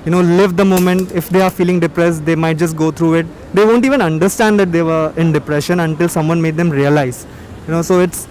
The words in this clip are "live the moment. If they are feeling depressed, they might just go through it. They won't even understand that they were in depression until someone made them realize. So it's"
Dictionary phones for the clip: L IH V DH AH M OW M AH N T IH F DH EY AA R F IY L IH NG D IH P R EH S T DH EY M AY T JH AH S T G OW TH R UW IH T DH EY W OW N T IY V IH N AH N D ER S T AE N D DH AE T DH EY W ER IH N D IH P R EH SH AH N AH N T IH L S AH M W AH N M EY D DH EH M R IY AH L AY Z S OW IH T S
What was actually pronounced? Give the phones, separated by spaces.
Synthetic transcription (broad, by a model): L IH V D AH M OW M AH N T IH F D EY AA R F IY L IH NG D IH P R EH S T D EY M AY T JH AH S T G OW T R UW IH T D EY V OW N T IY V IH N AH N D ER S T AE N D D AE T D EY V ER IH N D IH P R EH SH AH N AH N T IH L S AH M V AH N M EY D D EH M R IY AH L AY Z S OW IH T S